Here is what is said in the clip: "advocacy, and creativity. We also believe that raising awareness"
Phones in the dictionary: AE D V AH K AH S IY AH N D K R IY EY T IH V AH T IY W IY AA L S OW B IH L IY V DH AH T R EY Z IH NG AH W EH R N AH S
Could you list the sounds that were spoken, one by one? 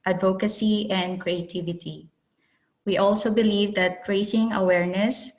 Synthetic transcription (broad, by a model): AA D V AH K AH S IY AH N D K R IY EY T IH V AH T IY W IY AA L S OW B IH L IY V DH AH T R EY S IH NG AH W EH R N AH S